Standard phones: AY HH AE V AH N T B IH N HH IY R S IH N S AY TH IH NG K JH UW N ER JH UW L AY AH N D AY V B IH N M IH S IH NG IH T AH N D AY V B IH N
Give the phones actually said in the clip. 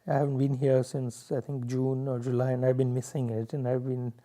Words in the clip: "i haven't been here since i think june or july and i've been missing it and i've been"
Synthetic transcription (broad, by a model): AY HH AE V AH N T B IH N HH IY R S IH N S AY T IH NG K JH UW N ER JH UW L AY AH N AY V B IH N M IH S IH NG IH T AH N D AY V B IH N